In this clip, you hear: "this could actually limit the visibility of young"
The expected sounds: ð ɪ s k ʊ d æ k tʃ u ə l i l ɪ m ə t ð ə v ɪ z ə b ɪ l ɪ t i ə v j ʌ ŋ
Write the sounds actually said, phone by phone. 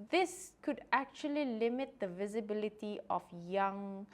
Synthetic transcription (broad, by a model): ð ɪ s k ʊ d æ k tʃ u ə l i l ɪ m ə t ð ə v ɪ z ə b ɪ l ɪ t i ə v j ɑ ŋ